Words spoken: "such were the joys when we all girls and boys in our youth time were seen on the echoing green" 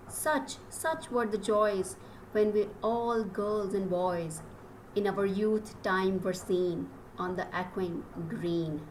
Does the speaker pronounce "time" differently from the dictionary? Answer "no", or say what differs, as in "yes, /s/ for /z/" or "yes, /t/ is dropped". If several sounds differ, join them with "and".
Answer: no